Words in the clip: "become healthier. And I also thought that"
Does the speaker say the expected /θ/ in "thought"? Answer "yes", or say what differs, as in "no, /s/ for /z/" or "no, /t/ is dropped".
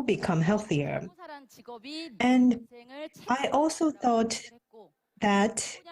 yes